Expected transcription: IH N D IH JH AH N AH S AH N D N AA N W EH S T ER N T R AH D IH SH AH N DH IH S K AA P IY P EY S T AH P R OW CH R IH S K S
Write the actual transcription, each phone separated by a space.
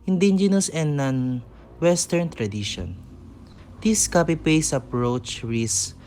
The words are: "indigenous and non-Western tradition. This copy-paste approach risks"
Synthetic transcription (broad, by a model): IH N D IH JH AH N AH S AH N D N AA N W EH S T ER N T R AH D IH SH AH N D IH S K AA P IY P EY S AH P R OW CH R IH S S